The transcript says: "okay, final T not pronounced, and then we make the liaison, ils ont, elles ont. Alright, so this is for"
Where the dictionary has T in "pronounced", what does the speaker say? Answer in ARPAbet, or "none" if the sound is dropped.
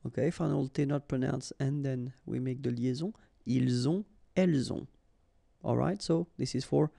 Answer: none